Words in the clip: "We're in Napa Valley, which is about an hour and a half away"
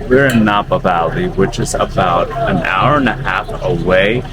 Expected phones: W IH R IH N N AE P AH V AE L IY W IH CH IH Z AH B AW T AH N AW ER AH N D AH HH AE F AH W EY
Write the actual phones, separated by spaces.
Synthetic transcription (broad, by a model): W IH R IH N N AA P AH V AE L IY W IH CH IH Z AH B AW T AH N AW ER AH N AH HH AE F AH W EY